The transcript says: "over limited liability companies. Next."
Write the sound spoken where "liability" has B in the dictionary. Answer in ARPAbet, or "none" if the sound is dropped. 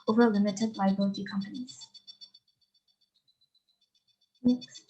none